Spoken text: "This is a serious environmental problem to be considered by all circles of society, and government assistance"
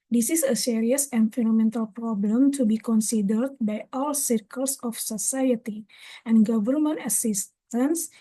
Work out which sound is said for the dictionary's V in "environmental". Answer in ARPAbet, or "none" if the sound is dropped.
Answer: F